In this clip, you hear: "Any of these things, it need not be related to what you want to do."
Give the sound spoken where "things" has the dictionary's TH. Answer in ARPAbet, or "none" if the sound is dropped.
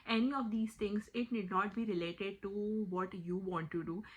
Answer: T